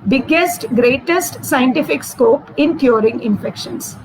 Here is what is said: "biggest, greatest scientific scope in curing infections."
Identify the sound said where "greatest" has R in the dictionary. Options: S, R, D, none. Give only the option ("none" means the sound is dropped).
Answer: R